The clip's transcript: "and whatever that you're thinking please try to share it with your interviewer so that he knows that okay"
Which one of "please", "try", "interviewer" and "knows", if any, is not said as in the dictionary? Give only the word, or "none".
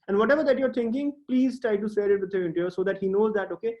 interviewer